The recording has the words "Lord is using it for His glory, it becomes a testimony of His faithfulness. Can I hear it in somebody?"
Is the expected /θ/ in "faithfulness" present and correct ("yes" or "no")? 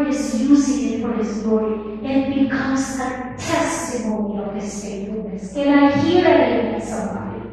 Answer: no